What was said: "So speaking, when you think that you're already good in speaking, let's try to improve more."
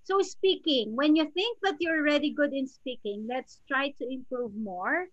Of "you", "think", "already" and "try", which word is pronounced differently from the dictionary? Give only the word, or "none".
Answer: none